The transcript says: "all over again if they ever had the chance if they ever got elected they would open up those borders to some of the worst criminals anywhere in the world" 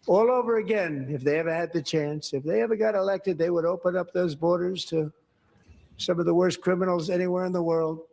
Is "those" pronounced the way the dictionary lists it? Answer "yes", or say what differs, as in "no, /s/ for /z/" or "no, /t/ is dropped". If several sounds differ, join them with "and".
yes